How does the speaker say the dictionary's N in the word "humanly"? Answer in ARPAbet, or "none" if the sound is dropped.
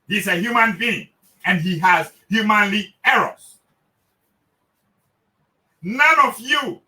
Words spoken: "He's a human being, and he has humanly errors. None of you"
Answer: N